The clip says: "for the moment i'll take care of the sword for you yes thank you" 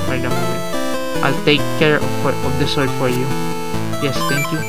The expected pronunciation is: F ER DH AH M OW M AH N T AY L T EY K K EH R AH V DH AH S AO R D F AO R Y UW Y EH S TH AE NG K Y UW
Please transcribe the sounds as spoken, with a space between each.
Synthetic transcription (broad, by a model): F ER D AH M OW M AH T AY L T EY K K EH R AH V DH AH S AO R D F AO R Y UW Y EH S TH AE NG K Y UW